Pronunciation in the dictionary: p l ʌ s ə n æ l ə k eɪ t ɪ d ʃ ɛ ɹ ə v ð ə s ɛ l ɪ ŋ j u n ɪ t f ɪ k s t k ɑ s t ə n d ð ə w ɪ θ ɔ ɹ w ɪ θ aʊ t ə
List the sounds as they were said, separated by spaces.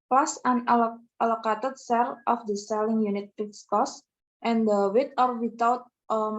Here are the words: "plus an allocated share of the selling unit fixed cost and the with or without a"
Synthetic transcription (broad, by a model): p l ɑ s ə n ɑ l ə k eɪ t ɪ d s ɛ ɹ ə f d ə s ɛ l ɪ ŋ j u n ɪ t p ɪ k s k ɑ s t ə n d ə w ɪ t ɔ ɹ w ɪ t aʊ t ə